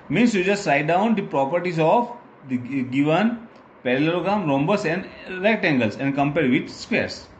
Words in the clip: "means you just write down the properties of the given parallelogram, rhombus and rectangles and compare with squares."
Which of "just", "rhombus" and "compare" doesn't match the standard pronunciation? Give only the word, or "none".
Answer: none